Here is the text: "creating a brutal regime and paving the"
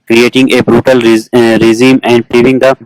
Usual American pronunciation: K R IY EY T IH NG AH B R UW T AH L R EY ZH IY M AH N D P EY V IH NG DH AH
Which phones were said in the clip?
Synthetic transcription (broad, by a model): K R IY EY T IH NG AH B R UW T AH L R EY Z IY M AH N D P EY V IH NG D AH